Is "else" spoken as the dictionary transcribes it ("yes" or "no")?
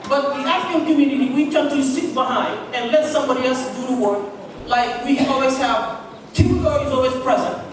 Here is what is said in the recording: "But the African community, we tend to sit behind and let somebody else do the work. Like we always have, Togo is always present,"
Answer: yes